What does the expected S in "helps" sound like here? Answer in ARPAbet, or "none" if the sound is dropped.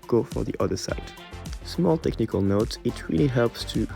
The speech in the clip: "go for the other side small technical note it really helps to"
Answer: S